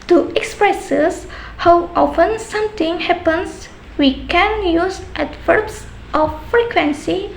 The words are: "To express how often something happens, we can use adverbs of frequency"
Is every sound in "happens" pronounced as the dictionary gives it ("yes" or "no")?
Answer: no